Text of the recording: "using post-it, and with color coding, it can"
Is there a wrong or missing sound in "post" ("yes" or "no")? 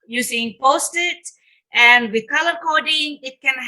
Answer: no